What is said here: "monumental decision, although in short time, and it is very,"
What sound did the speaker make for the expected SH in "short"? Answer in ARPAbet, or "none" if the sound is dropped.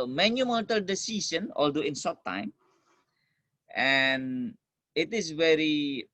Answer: S